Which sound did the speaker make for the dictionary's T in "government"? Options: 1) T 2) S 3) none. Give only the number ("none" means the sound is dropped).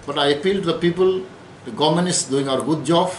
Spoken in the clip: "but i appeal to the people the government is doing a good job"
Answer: 3